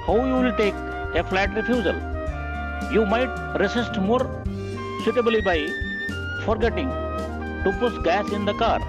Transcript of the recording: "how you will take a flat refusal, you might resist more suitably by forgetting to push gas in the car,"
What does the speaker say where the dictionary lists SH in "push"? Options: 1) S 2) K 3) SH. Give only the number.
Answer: 1